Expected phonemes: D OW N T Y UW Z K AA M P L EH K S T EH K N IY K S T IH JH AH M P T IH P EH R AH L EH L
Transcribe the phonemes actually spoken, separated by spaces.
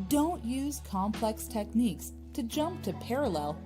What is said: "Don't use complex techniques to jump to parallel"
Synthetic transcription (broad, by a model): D OW N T Y UW Z K AA M P L EH K S T EH K N IY K S T IH JH AH M P T IH P EH R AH L EH L